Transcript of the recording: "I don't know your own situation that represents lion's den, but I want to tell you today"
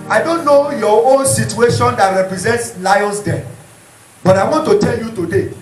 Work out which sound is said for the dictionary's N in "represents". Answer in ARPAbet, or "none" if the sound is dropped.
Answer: N